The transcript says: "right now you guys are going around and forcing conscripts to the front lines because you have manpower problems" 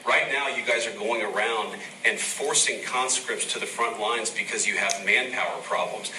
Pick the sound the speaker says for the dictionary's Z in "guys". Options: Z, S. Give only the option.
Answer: Z